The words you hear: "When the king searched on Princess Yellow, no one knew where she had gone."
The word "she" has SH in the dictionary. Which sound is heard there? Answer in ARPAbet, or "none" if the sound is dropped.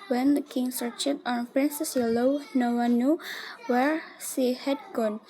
S